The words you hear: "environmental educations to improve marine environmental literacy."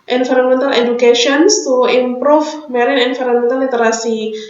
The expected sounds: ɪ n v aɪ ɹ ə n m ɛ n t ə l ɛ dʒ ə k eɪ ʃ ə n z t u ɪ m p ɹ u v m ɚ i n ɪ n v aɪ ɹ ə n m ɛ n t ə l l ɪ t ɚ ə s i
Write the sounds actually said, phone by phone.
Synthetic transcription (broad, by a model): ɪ n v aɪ ɹ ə n m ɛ n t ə l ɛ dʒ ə k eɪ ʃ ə n s t u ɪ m p ɹ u f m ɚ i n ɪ n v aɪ ɹ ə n m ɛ n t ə l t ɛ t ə s i